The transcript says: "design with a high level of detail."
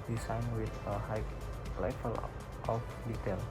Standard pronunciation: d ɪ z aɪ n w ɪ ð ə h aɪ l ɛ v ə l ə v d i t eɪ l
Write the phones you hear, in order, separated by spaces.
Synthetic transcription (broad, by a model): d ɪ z aɪ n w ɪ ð ə h aɪ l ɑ f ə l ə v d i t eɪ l